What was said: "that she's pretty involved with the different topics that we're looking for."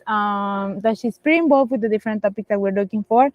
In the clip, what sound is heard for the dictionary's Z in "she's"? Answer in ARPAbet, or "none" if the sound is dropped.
S